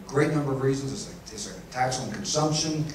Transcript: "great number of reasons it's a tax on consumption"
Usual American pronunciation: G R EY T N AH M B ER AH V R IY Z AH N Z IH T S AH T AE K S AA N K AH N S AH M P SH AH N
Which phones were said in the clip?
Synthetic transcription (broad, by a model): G R EY T N AH M B ER AH V R IY Z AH N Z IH S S AH T AE K S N K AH N S AH M P SH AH N